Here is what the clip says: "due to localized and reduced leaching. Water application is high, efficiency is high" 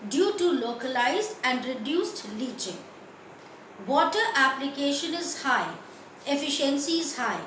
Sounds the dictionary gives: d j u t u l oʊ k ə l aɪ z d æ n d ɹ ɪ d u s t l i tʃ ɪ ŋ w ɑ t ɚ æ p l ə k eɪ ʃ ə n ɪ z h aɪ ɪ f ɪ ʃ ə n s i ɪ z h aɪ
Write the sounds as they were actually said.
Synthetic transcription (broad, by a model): d j u t u l oʊ k ə l aɪ z d æ n d ɹ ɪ d u s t l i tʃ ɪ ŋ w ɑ t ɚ æ p l ə k eɪ ʃ ə n ɪ z h aɪ ɪ f ɪ ʃ ə n s i ɪ z h aɪ